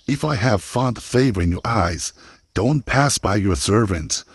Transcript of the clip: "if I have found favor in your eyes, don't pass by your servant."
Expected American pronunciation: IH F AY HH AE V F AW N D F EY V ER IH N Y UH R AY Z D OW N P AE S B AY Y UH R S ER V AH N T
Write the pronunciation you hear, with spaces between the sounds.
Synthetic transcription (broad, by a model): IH F AY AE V F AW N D F EY V ER IH N Y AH R AY Z D OW N P AE S B AY Y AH R S ER V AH N T